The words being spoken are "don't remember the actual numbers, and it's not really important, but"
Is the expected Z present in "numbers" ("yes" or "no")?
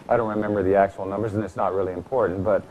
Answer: yes